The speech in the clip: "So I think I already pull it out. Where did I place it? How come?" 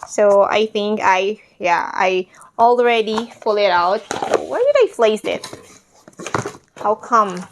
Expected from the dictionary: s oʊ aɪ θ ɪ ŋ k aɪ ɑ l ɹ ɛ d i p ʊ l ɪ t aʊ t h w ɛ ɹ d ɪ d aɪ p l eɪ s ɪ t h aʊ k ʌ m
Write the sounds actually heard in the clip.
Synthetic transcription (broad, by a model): s oʊ aɪ θ ɪ ŋ k aɪ ɑ l ɹ ɛ d i f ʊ l ɪ t aʊ t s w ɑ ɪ d ɪ d aɪ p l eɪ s ɪ t h aʊ k ʌ m